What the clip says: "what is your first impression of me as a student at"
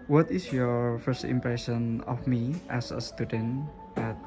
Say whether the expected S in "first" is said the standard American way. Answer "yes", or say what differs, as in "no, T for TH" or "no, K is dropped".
yes